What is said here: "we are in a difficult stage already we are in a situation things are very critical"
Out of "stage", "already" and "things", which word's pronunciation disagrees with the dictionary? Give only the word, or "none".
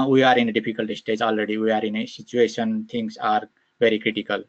things